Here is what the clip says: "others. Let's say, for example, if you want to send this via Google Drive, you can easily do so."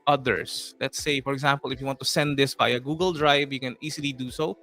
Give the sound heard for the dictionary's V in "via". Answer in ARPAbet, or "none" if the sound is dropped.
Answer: B